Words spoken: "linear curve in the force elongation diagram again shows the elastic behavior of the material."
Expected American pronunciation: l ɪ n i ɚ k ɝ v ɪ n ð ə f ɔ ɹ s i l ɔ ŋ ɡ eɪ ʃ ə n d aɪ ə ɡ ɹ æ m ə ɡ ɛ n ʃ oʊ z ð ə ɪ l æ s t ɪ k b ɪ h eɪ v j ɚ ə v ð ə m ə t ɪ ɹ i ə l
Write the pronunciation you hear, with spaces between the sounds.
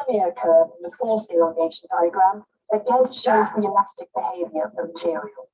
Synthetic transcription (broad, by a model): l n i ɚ k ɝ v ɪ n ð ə f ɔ l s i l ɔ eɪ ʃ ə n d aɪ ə ɡ ɹ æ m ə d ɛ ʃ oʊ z ð ə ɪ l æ s t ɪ k b ɪ h eɪ v j ɚ ə v ð ə m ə t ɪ ɹ i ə l